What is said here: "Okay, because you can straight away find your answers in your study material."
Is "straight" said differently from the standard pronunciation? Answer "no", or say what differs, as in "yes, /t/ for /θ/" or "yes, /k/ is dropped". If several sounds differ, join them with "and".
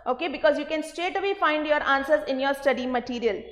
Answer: yes, /ɹ/ is dropped